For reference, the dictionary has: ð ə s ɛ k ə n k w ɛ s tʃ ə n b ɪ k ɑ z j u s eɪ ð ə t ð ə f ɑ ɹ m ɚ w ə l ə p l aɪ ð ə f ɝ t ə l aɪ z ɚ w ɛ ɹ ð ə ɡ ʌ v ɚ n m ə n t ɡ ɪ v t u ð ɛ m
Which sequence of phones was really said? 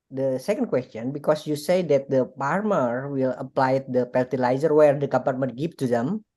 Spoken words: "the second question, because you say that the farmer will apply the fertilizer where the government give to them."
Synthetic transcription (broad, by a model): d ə s ɛ k ə n k w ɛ s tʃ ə n b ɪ k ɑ s j u s eɪ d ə t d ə p ɑ ɹ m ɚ w ə l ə p l aɪ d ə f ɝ t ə l aɪ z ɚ w ɛ ɹ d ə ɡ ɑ p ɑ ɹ m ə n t ɡ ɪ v t u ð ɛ m